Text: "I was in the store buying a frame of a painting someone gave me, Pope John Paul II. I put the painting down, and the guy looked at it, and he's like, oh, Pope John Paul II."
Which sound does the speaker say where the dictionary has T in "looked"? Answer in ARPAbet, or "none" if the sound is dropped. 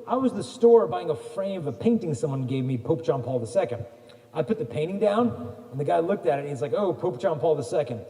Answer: T